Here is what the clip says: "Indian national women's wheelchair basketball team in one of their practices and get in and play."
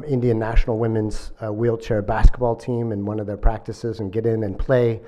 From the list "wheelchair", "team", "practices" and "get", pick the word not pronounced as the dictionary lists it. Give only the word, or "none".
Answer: none